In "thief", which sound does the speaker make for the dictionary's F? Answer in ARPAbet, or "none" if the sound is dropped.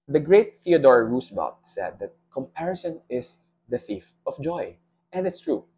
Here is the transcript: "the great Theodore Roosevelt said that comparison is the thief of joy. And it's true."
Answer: F